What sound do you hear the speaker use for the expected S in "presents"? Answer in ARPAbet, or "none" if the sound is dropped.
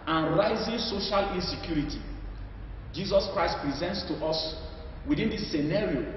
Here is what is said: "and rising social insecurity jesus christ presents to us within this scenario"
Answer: S